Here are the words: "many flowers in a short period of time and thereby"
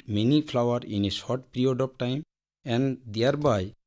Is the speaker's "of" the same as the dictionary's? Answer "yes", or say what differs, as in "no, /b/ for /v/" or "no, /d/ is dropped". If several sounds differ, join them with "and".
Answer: no, /p/ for /v/